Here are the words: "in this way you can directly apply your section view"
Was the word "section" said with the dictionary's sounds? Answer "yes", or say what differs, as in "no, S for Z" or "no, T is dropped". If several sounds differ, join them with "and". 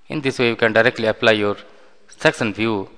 no, S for SH